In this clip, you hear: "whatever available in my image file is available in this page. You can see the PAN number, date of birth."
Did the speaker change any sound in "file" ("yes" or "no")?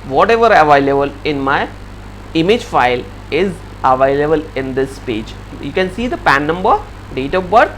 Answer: no